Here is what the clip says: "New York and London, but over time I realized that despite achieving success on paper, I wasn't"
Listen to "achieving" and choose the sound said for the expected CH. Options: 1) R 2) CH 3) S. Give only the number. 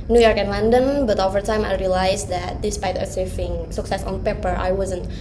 3